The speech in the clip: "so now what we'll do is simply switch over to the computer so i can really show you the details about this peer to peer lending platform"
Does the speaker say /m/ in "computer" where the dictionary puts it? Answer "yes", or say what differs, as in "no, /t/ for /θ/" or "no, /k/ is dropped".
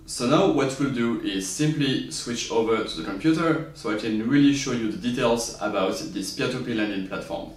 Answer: yes